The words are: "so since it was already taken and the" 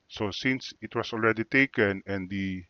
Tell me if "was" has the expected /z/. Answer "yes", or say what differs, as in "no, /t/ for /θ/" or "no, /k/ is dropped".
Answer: no, /s/ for /z/